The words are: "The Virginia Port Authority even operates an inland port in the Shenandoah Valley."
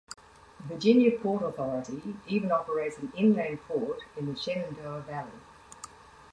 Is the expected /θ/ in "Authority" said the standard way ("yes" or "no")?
yes